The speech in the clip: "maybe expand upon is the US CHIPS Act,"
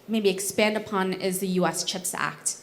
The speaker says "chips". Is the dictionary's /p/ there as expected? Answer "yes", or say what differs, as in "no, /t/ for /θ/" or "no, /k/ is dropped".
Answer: yes